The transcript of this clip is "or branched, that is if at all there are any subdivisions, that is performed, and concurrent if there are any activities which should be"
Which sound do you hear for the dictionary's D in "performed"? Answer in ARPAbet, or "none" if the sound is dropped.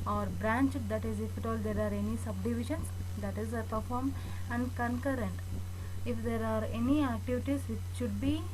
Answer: none